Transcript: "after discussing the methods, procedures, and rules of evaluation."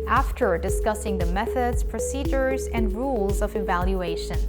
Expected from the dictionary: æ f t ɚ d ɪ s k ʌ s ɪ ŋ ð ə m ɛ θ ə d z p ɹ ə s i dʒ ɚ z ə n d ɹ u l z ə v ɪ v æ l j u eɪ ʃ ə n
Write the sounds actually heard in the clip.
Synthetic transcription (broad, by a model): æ f t ɚ d ɪ s k ʌ s ɪ ŋ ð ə m ɛ θ ə d z p ɹ ə s i dʒ ɚ z ə n d ɹ u l z ə v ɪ v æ l j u eɪ ʃ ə n